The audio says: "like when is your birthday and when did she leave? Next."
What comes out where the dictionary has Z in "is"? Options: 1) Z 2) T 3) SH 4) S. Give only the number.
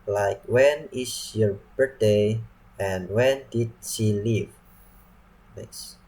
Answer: 4